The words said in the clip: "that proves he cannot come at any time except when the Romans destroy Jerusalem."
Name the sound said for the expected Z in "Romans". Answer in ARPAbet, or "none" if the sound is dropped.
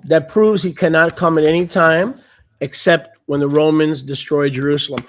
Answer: Z